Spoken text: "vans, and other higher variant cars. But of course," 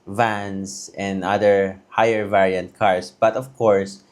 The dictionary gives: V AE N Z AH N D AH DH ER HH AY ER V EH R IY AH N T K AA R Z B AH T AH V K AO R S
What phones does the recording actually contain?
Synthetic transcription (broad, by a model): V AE N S AH N D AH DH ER HH AY ER V EH R IY AH N T K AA R S B AH T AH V K AO R S